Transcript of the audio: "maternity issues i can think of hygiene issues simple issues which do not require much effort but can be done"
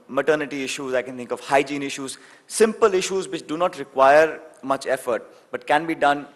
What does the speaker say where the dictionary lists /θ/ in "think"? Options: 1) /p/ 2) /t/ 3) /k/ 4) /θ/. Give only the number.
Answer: 2